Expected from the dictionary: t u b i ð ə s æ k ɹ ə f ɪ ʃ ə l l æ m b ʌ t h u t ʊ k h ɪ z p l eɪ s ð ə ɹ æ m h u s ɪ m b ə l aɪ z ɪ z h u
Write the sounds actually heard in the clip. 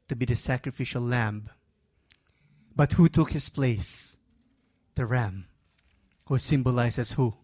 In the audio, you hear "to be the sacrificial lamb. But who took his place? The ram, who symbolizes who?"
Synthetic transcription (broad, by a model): t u b i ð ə s æ k ɹ ə f ɪ ʃ ə l l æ m b ʌ t h u t ʊ k h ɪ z p l eɪ s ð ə ɹ æ m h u s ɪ m b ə l aɪ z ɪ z h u